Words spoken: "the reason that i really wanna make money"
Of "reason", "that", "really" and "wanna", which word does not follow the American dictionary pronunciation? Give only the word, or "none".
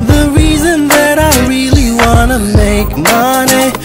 none